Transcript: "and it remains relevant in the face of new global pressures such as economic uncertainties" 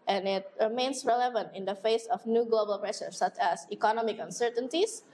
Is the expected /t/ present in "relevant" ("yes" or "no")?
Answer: yes